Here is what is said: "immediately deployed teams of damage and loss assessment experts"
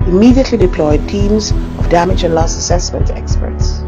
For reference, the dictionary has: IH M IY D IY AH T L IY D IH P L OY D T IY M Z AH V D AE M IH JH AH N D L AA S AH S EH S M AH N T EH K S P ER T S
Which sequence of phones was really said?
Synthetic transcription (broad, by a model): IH M IY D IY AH T L IY D IH P L OY D T IY M Z AH V D AE M IH JH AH N L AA S AH S EH S M AH N T EH K S P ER T S